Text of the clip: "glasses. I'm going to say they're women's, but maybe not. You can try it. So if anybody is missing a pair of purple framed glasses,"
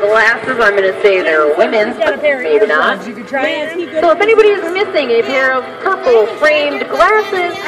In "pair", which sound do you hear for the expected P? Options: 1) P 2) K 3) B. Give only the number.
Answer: 3